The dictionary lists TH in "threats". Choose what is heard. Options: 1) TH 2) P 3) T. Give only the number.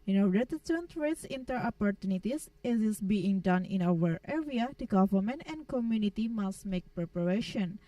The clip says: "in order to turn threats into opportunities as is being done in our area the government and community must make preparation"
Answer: 3